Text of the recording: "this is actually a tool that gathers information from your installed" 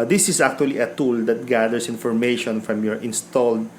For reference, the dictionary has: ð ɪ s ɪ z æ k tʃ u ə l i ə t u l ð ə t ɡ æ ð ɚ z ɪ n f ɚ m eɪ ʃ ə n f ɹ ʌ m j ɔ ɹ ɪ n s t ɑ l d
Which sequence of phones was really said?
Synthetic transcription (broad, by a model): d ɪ s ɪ s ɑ k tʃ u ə l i ə t u l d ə t ɡ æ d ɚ s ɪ n f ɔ m eɪ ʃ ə n f ɹ ʌ m j ɔ ɹ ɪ n s t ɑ l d